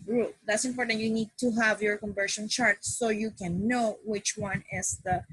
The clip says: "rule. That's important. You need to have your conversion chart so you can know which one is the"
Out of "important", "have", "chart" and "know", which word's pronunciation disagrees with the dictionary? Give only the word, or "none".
none